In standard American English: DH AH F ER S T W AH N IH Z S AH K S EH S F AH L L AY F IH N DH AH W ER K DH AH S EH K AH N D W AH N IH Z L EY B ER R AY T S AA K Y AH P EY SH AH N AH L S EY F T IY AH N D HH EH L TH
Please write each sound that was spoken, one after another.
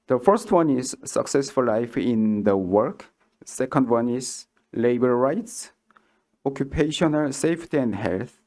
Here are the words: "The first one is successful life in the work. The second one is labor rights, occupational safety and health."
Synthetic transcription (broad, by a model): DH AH F ER S T W AH N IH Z S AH K S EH S F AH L L AY F IH N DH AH W ER K S EH K AH N D W AH N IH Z L EY B ER R AY T S AA K Y AH P EY SH AH N AH L S EY F T IY AH N D HH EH L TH